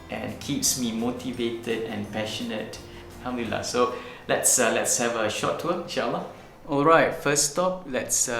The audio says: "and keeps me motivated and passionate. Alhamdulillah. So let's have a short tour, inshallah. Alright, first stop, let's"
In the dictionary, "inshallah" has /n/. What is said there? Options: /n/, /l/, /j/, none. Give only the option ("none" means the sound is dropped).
none